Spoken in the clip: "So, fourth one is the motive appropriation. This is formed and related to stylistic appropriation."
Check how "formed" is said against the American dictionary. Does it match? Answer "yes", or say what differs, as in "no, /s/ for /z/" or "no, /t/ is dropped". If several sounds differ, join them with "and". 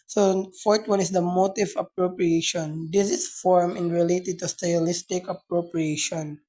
no, /d/ is dropped